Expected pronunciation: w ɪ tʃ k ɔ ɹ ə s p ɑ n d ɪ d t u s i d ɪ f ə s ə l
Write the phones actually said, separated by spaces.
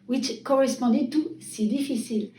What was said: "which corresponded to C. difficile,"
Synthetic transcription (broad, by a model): w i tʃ k ɔ ɹ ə s p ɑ d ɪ t u s i d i f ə s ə l